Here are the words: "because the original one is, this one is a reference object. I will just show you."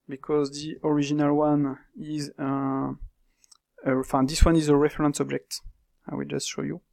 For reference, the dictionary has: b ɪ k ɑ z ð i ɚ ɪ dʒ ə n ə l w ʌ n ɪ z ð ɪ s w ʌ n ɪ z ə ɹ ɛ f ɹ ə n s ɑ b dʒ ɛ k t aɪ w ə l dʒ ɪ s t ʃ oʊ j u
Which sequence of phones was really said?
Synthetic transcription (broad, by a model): b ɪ k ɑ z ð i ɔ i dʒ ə n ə l w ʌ n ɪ z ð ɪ s w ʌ n ɪ z ə ɹ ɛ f ɹ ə n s ɑ b dʒ ɛ k t aɪ w ə l dʒ ɪ s t ʃ oʊ j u